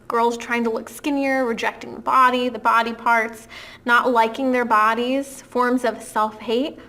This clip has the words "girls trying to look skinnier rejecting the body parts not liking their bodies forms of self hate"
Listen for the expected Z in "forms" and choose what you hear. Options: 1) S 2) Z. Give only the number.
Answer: 2